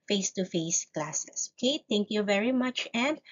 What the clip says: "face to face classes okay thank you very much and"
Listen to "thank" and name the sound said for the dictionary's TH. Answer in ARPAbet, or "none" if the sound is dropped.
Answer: T